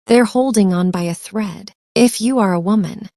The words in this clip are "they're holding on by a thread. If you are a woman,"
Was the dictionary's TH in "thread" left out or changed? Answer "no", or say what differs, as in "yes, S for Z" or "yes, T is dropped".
no